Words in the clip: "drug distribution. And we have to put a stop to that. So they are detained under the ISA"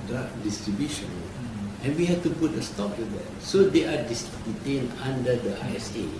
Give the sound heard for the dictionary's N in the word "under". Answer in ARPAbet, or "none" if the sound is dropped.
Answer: none